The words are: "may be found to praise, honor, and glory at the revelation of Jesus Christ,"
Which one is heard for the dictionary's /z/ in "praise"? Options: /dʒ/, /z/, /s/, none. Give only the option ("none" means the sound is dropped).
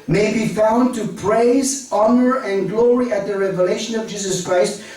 /z/